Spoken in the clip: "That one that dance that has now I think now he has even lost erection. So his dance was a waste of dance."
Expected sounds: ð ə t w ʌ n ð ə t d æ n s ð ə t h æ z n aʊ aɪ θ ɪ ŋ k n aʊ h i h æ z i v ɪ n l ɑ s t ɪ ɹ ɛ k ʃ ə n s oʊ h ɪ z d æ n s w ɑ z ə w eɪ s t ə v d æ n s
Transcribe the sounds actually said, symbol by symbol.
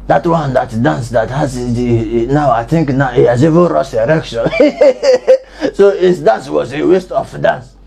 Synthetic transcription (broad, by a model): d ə t w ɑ n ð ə t d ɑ n s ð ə t h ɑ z n aʊ aɪ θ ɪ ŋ k n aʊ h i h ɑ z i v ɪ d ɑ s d ɪ ɹ ɛ k ʃ ə n s oʊ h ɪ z d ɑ n s w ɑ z ə w eɪ s t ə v d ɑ n s